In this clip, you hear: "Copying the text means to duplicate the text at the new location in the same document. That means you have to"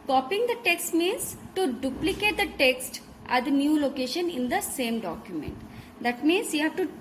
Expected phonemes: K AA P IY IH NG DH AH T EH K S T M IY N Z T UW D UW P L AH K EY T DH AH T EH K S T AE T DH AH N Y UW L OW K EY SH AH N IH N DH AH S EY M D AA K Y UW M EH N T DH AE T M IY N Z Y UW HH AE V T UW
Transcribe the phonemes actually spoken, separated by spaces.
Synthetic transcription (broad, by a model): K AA P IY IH NG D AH T EH K S T M IY N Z T UW D UW P L AH K EY T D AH T EH K S T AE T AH N Y UW L OW K EY SH AH N IH N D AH S EY M D AA K Y UW M EH N T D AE T M IY N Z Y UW HH AE V T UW